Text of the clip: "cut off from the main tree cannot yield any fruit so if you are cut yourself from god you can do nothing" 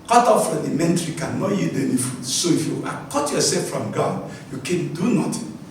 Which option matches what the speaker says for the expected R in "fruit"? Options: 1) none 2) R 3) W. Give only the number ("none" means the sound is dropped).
1